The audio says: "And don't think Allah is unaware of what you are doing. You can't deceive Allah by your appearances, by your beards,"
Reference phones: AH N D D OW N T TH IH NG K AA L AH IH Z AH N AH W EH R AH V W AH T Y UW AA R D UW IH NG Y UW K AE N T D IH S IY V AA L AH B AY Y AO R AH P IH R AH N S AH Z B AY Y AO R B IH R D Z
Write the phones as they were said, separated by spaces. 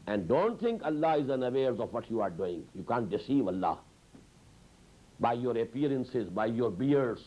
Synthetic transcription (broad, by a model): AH N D D OW N T T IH NG K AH L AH IH Z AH N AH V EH R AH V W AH T Y UW AA R D UW IH NG Y UW K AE N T D IH S IY V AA L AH B AY Y AO R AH P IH R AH N S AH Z B AY Y AO R B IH R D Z